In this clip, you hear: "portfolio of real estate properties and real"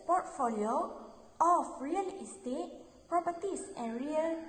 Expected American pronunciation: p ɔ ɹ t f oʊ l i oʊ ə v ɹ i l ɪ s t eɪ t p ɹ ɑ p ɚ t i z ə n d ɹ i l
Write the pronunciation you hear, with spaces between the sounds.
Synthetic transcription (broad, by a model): p ɔ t f oʊ l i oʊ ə f ɹ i l ɪ s t eɪ t p ɹ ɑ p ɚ t i s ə n ɹ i l